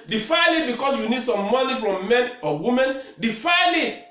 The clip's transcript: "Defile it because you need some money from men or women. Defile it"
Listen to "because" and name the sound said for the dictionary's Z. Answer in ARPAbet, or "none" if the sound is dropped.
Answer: S